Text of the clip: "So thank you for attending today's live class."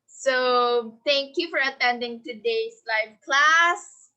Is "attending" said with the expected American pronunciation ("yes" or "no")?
yes